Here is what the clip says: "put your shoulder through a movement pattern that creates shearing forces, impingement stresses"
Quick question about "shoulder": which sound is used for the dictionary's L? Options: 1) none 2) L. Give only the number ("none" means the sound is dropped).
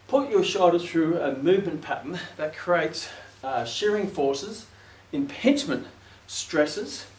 1